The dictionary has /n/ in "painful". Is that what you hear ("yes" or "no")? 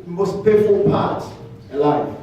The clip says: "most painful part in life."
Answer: no